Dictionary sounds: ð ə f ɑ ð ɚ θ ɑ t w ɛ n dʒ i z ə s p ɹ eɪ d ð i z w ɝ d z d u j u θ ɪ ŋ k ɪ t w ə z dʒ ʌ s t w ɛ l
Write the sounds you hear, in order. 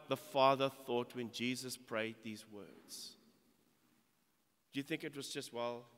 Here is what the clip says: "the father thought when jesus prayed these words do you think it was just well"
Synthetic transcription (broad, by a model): ð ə f ɑ ð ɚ θ ɑ t w ɛ n dʒ i z ə s p ɹ eɪ d ð i z w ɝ d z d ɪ j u θ ɪ ŋ k ɪ t w ə z dʒ ʌ s t w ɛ l